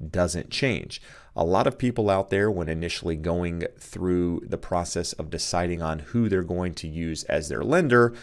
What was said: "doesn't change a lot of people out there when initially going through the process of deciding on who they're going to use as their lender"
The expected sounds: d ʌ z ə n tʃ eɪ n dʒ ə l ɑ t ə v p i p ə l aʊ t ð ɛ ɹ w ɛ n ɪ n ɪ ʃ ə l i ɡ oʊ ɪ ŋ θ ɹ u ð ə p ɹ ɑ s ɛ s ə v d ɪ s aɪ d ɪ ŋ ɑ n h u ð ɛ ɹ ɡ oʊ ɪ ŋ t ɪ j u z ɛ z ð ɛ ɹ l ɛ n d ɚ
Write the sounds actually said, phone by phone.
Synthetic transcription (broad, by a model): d ʌ z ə n tʃ eɪ n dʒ ə l ɑ t ə v p i p l aʊ t ð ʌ ɹ w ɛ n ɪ n ɪ ʃ l i ɡ oʊ ɪ ŋ θ ɹ u ð ə p ɹ ɑ s ɛ s ə v d ɪ s aɪ d ɪ ŋ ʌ n h u ð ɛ ɹ ɡ oʊ ɪ ŋ t ɪ j u z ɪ z ð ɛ ɹ l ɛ n d ɚ